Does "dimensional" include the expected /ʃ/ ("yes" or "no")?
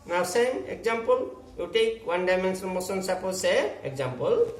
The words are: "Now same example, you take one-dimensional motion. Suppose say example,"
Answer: no